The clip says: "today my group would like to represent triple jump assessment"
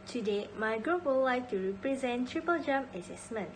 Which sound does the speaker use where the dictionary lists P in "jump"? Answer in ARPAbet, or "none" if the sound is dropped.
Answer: none